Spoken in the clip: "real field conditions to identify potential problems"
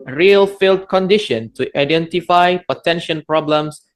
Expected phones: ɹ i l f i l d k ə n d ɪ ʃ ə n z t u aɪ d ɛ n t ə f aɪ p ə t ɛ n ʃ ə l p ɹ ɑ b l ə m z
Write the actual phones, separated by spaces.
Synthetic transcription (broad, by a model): ɹ i l f i l d k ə n d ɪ ʃ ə n t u aɪ d ɛ n t ə f aɪ p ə t ɛ n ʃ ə n p ɹ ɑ b l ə m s